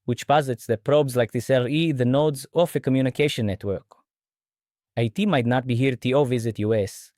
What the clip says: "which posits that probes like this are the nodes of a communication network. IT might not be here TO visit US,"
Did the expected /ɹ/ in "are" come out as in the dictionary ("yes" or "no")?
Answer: no